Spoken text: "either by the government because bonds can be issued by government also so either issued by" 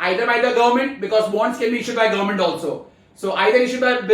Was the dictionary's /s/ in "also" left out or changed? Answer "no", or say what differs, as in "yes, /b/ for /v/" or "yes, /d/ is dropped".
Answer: no